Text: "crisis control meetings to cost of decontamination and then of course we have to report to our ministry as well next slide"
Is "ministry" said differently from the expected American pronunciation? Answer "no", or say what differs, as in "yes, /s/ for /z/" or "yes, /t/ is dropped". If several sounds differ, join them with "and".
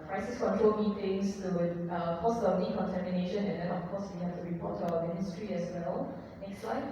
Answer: no